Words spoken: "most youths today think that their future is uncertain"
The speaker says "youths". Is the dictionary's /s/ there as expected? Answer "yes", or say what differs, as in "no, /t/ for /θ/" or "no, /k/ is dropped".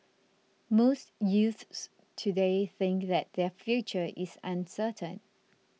yes